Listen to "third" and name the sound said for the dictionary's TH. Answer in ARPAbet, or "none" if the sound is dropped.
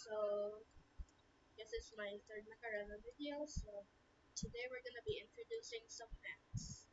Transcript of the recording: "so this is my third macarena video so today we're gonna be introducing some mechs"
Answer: T